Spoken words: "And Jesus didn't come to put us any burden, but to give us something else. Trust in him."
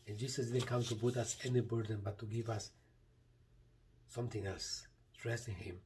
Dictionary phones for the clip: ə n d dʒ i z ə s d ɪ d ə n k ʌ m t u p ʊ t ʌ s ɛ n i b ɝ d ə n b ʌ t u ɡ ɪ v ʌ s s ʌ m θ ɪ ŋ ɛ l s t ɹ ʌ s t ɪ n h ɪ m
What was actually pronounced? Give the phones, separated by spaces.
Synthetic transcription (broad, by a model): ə n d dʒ i s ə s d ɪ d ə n k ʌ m t u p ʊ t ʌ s ɛ n i b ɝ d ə n b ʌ t u ɡ ɪ v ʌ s s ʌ m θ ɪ ŋ ɛ l s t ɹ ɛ s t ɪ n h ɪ m